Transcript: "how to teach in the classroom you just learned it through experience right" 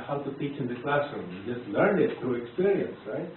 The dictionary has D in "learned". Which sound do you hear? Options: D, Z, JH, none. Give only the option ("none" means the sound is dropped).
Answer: none